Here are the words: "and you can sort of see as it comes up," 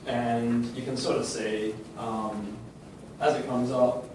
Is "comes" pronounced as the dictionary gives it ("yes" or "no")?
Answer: yes